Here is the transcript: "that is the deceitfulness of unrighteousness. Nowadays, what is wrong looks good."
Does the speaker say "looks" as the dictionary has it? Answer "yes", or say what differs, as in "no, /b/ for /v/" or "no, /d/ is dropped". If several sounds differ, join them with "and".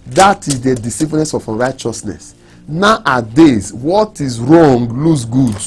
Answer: no, /k/ is dropped